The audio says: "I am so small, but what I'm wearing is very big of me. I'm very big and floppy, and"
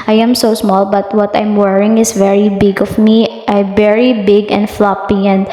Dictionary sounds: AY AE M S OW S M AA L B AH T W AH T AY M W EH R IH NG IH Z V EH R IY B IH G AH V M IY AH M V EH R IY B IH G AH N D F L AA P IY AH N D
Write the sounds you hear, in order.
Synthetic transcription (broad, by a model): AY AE M S OW S M AA L B AH T W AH T AY M W EH R IH NG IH S V EH R IY B IH G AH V M IY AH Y V EH R IY B IH G AH N D F L AA P IY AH N D